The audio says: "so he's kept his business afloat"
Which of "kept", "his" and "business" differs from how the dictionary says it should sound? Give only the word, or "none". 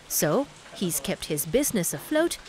none